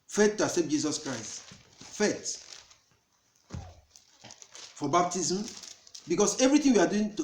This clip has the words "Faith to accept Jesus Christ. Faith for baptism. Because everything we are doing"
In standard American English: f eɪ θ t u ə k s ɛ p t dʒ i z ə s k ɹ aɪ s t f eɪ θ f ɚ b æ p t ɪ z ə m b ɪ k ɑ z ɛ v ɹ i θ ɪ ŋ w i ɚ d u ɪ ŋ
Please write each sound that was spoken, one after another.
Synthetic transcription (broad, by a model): f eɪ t t u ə s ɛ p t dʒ i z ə s k ɹ aɪ s t f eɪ t f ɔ b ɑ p t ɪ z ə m b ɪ k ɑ s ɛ v ɹ i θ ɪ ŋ w i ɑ d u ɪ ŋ